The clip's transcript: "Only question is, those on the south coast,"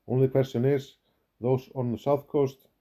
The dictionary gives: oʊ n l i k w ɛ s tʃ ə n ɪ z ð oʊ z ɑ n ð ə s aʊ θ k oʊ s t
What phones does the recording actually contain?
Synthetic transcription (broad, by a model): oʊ n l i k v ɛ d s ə n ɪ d ð oʊ s ɑ n ð ə s aʊ θ k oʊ s t